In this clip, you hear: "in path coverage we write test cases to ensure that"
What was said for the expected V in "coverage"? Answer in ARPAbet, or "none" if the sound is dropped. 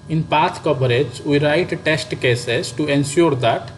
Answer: B